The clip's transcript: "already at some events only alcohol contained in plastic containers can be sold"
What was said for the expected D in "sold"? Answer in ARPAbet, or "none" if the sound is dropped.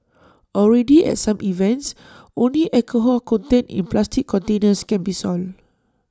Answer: none